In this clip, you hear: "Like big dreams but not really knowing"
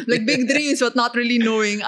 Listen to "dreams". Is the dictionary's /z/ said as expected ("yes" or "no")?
no